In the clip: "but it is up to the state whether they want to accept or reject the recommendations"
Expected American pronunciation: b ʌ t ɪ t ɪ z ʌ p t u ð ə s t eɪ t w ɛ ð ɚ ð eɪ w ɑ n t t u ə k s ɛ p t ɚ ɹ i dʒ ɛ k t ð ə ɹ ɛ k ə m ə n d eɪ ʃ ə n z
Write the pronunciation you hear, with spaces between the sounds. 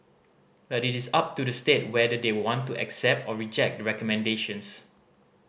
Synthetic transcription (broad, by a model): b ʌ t ɪ t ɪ s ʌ p t u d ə s t eɪ t w ɛ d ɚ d eɪ w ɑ n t t u ə k s ɛ p t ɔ ɹ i dʒ ɛ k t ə ɹ ɛ k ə m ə n d eɪ ʃ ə n s